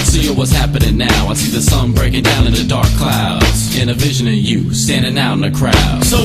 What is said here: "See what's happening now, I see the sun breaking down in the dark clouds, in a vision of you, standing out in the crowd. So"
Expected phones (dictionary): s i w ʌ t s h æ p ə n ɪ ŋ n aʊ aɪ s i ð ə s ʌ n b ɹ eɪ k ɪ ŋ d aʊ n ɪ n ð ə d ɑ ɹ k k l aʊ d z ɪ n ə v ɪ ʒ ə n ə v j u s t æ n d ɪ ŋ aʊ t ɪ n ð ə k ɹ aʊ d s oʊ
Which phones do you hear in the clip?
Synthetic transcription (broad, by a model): s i w ʌ t s h æ p ə n ɪ ŋ n aʊ aɪ s i ð ə s ʌ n b ɹ eɪ k ɪ ŋ d aʊ n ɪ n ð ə d ɑ ɹ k k l aʊ d z ɪ n ə v ɪ ʒ ə n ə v j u s t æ n d ɪ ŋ aʊ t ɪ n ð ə k ɹ aʊ d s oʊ